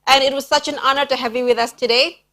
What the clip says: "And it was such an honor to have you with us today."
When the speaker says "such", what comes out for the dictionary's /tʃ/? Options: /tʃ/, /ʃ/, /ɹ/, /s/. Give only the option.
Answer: /tʃ/